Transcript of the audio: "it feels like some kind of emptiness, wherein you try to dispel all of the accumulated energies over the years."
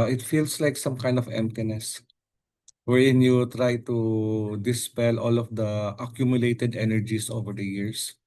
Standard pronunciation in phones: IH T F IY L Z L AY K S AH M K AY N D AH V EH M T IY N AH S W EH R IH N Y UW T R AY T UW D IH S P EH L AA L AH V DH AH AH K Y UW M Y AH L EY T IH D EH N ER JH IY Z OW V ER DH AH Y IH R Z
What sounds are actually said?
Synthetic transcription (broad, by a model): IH T F IY L S L AY K S AH M K AY N D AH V EH M T IY N AH S W EH R IH N Y UW T R AY T UW D IH S P EH L AA L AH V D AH AH K Y UW M Y AH L EY T IH D EH N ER JH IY S OW V ER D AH Y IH R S